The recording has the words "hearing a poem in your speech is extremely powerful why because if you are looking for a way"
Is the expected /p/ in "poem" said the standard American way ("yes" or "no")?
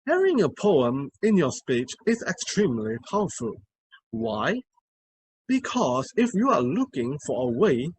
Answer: yes